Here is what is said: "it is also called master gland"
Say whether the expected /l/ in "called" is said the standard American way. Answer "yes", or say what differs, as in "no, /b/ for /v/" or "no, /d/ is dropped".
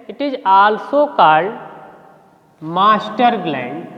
no, /l/ is dropped